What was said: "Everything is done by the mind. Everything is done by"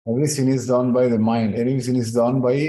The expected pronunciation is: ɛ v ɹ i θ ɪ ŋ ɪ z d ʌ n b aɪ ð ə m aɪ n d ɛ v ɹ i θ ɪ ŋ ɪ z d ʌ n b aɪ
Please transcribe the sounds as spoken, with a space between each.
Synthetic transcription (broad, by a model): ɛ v ɹ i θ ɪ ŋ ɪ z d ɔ n b aɪ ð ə m aɪ n d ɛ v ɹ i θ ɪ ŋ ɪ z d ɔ n b aɪ